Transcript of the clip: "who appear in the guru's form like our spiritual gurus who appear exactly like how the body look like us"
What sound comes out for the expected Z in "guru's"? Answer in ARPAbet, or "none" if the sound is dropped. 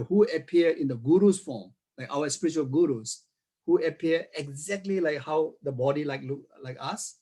S